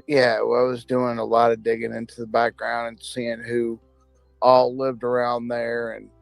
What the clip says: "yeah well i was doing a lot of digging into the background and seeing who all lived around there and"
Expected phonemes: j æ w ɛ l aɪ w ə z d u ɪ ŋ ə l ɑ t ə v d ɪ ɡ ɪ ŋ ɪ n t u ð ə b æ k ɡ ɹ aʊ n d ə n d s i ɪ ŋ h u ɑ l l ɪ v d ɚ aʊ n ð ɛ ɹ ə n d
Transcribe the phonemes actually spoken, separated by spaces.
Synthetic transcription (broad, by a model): j æ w aɪ w ə z d u ɪ ŋ ə l ɑ t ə d ɪ ɡ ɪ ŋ ɪ n t u ð ə b æ k ɡ ɹ aʊ n d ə n s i ɪ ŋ h u ɑ l l ɪ v d ɚ aʊ n ð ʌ ɹ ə n